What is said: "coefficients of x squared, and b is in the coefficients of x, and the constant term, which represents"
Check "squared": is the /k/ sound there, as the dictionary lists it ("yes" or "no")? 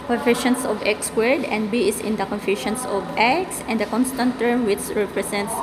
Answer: no